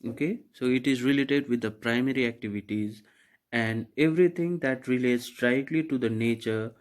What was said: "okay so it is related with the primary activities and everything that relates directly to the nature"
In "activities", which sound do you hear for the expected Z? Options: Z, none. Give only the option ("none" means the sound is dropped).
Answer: Z